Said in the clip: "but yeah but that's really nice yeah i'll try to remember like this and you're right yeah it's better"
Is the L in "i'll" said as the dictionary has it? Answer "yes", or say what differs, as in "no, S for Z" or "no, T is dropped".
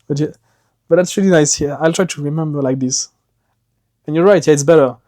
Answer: yes